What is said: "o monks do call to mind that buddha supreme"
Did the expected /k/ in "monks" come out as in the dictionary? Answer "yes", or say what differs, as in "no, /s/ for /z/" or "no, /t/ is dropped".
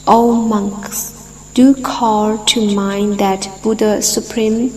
yes